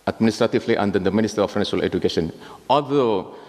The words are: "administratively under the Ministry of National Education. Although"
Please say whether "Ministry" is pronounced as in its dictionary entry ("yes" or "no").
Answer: no